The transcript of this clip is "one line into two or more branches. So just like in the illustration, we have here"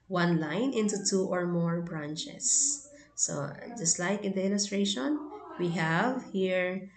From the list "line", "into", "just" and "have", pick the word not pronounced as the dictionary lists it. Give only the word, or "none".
none